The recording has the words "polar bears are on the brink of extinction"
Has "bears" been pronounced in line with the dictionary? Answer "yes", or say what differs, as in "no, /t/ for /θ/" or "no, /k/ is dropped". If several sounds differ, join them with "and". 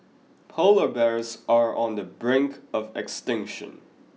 yes